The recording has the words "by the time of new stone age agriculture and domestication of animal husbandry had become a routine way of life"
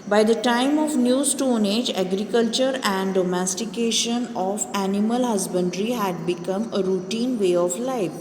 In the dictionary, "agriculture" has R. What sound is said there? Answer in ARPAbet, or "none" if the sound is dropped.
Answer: R